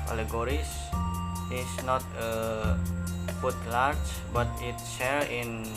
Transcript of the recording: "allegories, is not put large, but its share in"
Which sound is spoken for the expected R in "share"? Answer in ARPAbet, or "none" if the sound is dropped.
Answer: L